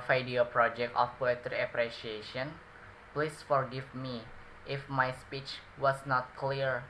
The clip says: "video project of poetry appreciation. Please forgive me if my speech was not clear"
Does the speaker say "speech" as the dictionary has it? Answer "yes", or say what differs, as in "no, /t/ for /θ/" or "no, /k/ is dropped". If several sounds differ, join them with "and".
yes